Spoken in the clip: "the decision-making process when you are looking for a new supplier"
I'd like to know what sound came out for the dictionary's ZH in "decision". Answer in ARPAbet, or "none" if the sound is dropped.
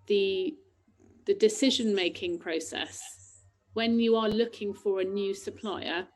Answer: ZH